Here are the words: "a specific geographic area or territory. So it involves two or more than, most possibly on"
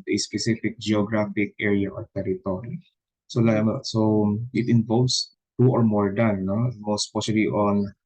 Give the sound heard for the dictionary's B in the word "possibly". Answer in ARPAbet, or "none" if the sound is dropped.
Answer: none